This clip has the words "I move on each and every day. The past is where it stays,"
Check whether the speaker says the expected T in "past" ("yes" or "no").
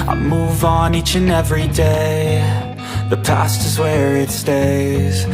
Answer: yes